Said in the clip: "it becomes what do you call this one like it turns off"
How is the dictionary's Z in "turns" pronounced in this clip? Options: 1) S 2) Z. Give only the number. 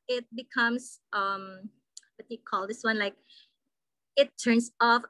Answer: 1